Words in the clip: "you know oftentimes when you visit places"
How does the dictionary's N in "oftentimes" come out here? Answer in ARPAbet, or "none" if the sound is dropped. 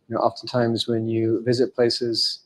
N